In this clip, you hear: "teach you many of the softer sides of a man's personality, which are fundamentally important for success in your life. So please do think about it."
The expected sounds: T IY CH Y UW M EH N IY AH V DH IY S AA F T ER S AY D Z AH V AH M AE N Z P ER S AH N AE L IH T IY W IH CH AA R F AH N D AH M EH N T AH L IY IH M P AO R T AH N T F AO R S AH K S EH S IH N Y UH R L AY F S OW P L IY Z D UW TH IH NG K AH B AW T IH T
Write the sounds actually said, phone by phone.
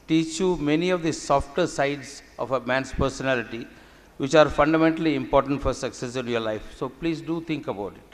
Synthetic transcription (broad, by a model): T IY CH Y UW M EH N IY AH V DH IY S AA F T ER S AY D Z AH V AH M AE N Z P ER S AH N AE L IH T IY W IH CH AA R F AH N D AH M EH N T AH L IY IH M P AO R T AH N T F AO R S AH K S EH S IH N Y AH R L AY F S OW P L IY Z D UW T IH NG K AH B AW T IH T